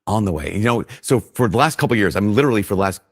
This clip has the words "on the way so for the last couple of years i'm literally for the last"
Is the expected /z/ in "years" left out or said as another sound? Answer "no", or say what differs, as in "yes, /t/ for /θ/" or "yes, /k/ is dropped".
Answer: no